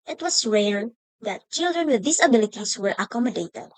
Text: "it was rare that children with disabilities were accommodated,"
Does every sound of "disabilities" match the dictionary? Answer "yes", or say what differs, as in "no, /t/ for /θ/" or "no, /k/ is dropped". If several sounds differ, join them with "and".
no, /s/ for /z/